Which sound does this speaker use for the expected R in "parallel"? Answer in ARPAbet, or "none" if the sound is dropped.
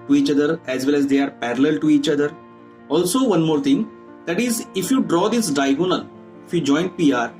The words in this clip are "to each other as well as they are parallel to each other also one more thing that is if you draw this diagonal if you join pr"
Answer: R